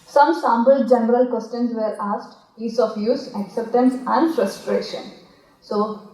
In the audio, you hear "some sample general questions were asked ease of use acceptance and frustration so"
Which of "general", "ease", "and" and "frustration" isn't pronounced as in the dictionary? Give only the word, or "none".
ease